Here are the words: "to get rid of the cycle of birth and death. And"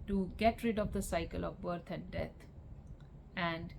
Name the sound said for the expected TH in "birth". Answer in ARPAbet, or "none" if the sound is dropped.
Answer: T